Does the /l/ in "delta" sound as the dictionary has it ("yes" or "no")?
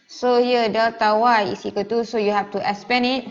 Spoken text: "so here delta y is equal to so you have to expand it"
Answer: no